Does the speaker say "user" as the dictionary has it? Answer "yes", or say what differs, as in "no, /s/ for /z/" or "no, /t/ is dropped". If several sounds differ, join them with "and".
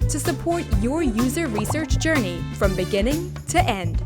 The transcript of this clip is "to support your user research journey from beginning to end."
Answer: yes